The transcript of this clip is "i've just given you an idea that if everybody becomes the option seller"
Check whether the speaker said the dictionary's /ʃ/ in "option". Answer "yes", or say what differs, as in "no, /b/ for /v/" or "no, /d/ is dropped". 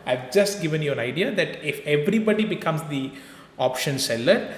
yes